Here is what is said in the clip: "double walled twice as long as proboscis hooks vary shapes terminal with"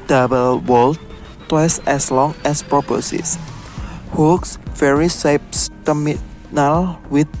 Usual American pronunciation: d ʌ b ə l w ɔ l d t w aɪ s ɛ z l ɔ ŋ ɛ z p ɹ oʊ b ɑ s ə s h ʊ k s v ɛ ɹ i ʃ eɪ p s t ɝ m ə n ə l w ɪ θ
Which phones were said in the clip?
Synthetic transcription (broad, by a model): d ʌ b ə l w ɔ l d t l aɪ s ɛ s l ɔ ŋ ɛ s p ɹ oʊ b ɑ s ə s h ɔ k s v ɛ ɹ i s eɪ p s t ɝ m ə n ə l w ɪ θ